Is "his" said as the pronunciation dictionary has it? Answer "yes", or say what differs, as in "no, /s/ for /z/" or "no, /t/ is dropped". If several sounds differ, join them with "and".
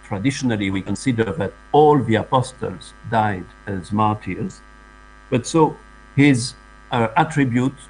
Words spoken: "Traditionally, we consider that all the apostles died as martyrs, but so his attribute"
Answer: yes